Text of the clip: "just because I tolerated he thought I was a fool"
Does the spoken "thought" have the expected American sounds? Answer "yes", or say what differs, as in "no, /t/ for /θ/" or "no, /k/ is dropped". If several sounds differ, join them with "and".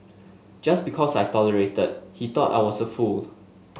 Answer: no, /t/ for /θ/